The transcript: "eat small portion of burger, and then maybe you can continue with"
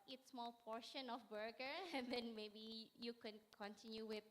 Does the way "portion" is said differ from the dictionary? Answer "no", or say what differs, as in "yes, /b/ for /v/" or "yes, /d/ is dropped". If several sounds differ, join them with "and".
no